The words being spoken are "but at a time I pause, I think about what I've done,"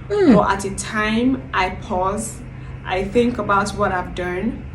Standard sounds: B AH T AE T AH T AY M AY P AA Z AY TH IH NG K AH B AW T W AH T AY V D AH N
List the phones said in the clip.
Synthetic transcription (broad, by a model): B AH T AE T AH T AY M AY P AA Z AY TH IH NG K AH B AW T W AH T AY V D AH N